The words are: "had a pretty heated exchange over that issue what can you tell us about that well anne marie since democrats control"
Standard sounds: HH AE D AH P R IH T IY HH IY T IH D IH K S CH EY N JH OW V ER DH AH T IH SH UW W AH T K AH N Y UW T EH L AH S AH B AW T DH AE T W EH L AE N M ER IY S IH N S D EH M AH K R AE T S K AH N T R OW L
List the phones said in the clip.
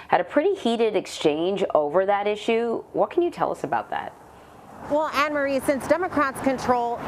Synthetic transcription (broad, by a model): HH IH D AH P R IH T IY HH IY T IH D IH K S CH EY N JH OW V ER DH AH T IH SH UW W AH T K AH N Y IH T EH L AH S AH B AW T DH AE T W EH L AE N M ER IY S IH N S D EH M AH K R AE T S K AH N T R OW L